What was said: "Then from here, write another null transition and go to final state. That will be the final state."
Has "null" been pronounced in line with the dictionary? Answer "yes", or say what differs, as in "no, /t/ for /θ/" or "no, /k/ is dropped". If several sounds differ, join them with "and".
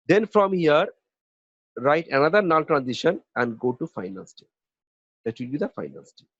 no, /n/ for /l/